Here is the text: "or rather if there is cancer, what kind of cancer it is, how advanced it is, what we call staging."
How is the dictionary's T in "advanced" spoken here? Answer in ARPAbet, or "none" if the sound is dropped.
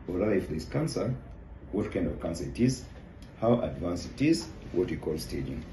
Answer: none